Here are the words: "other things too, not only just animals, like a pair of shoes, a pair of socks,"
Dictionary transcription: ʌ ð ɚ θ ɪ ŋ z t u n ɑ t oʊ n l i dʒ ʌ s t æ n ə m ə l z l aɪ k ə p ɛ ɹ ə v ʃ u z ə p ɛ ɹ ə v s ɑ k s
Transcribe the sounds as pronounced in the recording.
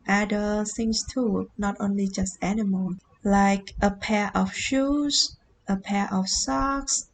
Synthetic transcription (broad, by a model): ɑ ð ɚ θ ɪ ŋ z t u n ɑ t oʊ n l i dʒ ʌ s t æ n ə m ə l l aɪ k ə p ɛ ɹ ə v ʃ u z ə p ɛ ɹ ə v s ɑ k s